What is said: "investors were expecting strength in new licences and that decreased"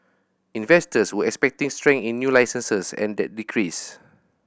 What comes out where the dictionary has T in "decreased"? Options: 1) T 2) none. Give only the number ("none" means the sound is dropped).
2